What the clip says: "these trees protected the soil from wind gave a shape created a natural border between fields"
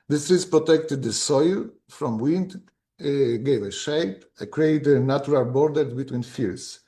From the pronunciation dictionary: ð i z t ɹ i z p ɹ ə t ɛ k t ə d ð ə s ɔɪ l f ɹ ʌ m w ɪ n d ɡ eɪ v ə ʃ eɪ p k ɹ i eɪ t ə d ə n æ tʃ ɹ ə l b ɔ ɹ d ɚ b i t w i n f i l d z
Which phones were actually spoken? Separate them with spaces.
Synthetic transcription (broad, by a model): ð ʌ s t ɹ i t p ɹ ə t ɛ k t ə d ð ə s ɔɪ l f ɹ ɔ m w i n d ɡ eɪ v ə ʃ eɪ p k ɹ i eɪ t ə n ə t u ɹ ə l b ɔ ɹ d ɚ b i t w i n f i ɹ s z